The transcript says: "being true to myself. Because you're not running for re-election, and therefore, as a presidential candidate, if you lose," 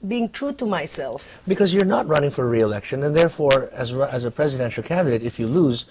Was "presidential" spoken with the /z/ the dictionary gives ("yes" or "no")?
yes